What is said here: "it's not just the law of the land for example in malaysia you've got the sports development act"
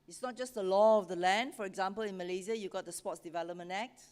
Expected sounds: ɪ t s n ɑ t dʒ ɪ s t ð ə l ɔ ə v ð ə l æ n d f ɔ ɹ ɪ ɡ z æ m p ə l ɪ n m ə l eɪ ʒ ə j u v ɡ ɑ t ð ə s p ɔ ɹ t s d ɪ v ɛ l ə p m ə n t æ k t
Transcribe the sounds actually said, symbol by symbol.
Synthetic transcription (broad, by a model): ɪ t s n ɑ t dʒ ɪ s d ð ə l ɔ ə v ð ə l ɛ n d f ɔ ɹ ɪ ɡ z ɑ m p ə l ɪ n m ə l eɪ z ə j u ɡ ɑ t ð ə s p ɔ t s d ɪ v ɛ l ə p m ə n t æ k t